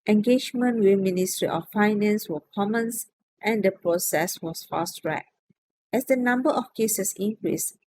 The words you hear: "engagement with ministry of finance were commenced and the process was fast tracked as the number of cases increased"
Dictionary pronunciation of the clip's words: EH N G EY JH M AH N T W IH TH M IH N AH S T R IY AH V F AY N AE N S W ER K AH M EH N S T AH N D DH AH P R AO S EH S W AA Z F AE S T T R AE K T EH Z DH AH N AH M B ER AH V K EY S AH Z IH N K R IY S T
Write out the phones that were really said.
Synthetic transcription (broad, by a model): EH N G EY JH M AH N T W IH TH M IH N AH S T R IY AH F F AY N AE N S W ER K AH M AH N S T AH N D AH P R AO S EH S W AA S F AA S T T R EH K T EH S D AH N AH M B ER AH F K EY S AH S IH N K R IY S